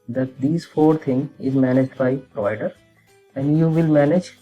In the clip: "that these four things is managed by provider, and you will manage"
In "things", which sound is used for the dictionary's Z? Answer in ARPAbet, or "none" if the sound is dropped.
none